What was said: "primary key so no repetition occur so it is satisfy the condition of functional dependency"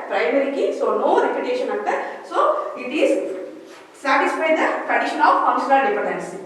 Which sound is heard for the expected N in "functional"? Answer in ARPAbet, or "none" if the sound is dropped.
L